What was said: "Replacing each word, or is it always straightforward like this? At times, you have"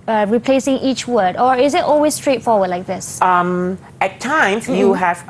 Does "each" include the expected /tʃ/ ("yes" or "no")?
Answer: yes